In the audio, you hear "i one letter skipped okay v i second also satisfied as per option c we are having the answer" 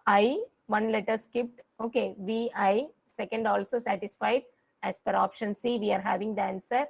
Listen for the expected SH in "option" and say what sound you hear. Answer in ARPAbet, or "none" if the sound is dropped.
SH